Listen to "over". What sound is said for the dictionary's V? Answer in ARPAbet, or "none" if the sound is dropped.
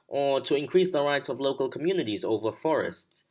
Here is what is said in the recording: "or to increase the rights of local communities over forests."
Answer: V